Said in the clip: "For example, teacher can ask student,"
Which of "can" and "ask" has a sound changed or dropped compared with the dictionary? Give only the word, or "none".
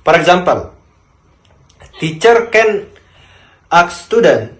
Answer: ask